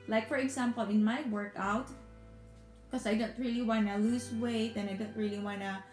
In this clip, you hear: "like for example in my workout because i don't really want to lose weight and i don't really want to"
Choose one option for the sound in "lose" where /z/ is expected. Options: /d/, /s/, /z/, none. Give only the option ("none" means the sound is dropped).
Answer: /s/